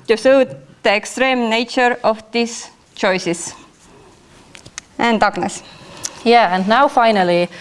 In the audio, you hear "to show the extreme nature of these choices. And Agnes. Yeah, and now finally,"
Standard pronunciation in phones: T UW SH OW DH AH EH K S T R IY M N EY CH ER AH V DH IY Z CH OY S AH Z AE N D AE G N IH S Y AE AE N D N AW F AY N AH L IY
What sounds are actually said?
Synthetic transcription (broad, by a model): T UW S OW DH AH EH K S T R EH M N EY CH ER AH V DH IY S CH OY S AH S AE N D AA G N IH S Y AE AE N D N AW F AY N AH L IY